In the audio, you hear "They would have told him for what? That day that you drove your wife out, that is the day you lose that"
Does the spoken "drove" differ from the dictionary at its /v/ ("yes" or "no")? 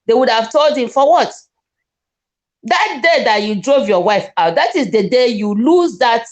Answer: no